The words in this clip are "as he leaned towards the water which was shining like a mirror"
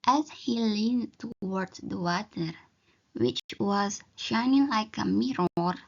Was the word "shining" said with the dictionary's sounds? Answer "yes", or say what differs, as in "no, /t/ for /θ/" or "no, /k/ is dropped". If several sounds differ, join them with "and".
yes